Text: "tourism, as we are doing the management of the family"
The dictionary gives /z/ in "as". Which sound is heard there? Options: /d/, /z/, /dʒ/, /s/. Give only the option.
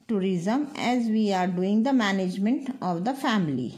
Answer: /z/